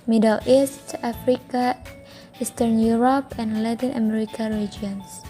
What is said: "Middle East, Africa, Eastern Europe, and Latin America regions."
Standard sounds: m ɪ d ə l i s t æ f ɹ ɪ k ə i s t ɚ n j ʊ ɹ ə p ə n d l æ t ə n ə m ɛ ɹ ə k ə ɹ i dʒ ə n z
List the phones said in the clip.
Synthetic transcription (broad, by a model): m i d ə l i s t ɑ f ɹ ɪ k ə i s t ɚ n j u ɹ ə p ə n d l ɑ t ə n ə m ɛ ɹ ə k ə ɹ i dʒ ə n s